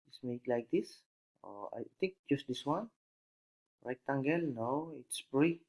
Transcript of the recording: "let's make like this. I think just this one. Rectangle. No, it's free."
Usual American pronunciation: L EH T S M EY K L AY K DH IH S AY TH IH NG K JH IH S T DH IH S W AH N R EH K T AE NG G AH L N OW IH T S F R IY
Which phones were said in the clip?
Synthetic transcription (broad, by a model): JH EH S M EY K L AY K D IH S AY T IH NG K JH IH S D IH S W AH N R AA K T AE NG G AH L N OW IH T S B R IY